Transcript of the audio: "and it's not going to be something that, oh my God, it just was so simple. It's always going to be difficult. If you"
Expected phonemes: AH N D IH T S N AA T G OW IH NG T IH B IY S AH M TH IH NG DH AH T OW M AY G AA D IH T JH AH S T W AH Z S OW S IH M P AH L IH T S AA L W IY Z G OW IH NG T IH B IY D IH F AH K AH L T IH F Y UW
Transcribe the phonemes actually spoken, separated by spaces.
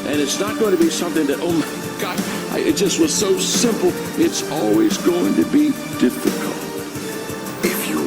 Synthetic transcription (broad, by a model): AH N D IH T S N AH T G OW IH NG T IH B IY S AH M TH IH NG DH AH T OW M AY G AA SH IH T JH AH S T W AH Z S OW S IH M P L IH T S AA L W IY Z G OW IH NG T IH B IY D IH F AH K AH L T IH F Y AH